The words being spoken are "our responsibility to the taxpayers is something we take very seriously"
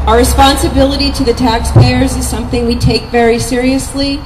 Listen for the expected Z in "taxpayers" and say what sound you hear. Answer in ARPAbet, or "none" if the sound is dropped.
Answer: Z